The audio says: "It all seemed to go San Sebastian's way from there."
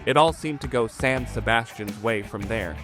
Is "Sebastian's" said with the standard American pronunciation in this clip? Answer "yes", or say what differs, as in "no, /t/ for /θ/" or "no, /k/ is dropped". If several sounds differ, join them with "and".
yes